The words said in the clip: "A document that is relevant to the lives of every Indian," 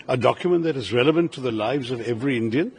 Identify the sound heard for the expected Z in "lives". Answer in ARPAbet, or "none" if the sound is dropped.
Z